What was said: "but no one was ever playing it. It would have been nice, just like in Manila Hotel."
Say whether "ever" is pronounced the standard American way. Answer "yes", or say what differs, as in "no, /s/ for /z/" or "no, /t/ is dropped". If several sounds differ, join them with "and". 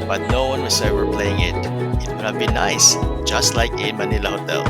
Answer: no, /w/ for /v/